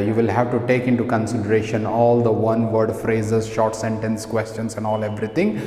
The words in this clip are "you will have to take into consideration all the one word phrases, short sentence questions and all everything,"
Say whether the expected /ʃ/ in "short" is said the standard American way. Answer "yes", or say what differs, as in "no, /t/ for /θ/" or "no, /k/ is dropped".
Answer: yes